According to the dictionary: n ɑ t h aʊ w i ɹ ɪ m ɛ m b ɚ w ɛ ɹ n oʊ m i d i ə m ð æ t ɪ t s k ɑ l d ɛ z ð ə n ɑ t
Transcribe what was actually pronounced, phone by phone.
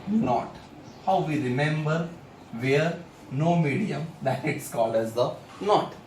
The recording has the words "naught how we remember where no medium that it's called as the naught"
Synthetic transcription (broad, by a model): n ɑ t h aʊ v i ɹ ɪ m ɛ m b ɚ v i ɹ n oʊ m i d i ə m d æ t ɪ t s k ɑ l ɛ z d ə n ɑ t